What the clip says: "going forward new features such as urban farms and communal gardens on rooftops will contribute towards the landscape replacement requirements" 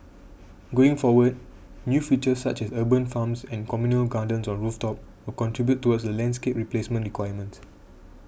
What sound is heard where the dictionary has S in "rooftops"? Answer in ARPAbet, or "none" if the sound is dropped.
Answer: none